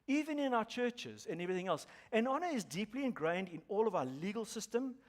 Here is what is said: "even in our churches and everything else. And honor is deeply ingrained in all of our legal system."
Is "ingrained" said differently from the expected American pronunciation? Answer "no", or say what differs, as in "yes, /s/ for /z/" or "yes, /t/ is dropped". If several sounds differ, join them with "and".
no